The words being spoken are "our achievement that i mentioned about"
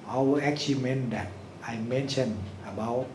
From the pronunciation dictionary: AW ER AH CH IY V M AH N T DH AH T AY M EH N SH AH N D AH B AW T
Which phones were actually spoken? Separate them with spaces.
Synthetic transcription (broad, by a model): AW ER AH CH IY M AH N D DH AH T AY M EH N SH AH N AH B AW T